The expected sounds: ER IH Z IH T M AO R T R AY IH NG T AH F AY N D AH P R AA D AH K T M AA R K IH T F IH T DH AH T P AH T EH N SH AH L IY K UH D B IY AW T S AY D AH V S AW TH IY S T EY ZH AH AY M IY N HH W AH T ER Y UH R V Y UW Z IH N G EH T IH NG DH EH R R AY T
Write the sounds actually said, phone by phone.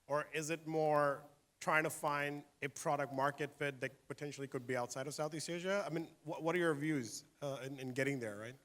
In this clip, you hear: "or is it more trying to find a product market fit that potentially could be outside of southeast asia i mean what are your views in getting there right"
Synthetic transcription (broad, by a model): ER IH Z IH T M AO R T R AY IH NG T AH F AY N D AH P R AA D AH K T M AA R K IH T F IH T DH AH T P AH T EH N SH L IY K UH D B IY AW T S AY D AH V S AW TH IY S EY ZH AH AY M IY N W W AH T ER Y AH R V Y UW Z IH N G EH T IH NG DH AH R R AY T